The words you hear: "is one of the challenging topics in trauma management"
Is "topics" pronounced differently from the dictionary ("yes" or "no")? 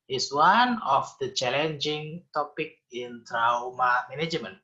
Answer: yes